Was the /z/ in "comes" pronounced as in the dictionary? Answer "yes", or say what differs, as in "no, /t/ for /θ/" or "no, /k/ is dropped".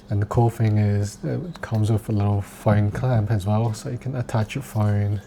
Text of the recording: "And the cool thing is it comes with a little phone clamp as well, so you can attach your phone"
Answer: yes